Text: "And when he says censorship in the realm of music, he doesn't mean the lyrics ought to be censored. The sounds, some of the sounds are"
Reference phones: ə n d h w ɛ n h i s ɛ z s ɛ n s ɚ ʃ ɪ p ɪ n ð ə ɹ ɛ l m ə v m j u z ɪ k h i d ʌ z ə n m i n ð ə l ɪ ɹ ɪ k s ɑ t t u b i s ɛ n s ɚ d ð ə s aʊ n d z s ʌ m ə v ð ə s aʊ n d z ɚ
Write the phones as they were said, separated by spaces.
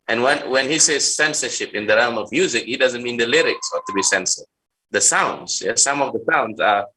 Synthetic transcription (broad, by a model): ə n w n w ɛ n h i s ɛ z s ɛ n s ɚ ʃ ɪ p ɪ n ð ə ɹ ɛ l m ə v m j u z ɪ k h i d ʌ z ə n m i n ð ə l ɪ ɹ ɪ k s ɑ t t u b i s ɛ n s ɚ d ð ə s aʊ n d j s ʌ m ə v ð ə s aʊ n d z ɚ